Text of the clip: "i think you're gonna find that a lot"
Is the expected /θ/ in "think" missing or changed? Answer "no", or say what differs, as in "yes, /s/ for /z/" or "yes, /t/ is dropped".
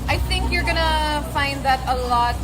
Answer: no